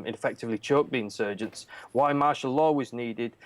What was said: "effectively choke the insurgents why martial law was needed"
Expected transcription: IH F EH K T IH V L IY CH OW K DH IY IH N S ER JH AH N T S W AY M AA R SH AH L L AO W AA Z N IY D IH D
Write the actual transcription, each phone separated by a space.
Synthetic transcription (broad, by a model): IH F EH K T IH V L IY CH OW K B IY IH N S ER JH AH N T S W AY M AA R SH AH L L AO W AA Z N IY D IH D